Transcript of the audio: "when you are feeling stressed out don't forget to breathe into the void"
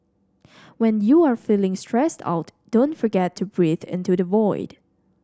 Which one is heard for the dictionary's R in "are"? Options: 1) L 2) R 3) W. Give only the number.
2